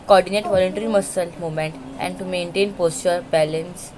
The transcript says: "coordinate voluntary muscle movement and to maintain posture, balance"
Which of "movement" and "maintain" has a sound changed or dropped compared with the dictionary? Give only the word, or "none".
movement